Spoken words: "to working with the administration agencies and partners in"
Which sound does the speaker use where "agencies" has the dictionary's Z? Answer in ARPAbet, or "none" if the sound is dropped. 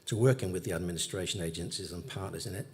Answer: Z